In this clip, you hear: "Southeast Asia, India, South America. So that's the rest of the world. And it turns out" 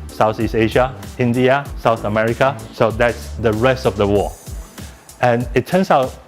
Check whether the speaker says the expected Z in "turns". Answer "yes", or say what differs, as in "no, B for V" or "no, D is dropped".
no, S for Z